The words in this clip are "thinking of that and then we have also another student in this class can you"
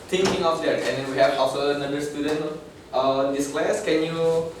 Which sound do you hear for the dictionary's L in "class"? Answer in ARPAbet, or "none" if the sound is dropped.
L